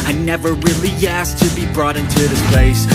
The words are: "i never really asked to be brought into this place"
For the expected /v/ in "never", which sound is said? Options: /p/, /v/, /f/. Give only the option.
/v/